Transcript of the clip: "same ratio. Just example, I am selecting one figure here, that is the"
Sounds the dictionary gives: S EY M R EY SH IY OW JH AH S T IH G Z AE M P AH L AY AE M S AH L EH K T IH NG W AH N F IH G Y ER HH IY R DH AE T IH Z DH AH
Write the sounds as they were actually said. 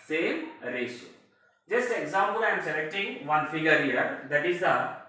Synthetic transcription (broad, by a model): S EY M R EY S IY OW JH AH S T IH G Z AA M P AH L AY M S AH L EH K T IH NG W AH N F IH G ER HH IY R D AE T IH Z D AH